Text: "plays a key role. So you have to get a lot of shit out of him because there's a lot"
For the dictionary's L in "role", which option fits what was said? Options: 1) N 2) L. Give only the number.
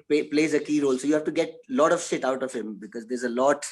2